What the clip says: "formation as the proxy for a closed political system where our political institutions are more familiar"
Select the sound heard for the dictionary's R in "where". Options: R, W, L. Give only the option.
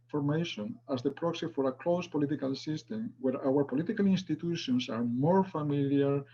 R